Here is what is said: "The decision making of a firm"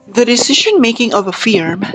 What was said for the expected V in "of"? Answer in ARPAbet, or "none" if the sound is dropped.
V